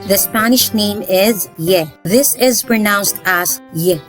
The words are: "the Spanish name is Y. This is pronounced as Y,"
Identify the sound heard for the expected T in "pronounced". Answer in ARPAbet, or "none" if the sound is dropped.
T